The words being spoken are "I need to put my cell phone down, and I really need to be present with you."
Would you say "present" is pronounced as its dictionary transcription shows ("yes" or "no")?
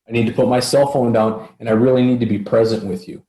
yes